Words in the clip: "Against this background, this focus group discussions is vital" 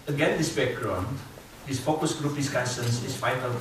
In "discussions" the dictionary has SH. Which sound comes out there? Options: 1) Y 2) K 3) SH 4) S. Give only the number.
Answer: 4